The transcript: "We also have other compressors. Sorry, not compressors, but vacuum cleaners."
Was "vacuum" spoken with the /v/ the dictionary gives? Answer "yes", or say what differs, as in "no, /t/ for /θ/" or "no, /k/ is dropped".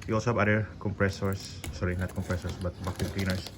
no, /b/ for /v/